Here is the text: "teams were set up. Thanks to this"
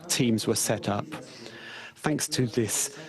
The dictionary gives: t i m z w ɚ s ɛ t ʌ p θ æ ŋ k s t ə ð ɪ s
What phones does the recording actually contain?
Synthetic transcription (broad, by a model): t i m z w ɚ s ɛ t ʌ p θ æ ŋ k s t ə ð ɪ s